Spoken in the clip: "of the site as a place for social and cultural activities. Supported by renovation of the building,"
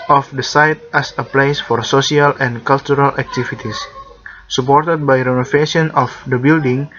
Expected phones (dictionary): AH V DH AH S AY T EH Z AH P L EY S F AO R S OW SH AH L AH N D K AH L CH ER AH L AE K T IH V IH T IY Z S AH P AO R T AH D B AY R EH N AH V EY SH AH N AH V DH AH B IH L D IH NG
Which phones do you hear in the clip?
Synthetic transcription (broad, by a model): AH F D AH S AY T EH S AH P L EY S F AO R S OW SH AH L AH N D K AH L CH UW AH L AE K T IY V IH T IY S S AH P AO R T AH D B AY R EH N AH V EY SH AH N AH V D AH B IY L D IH NG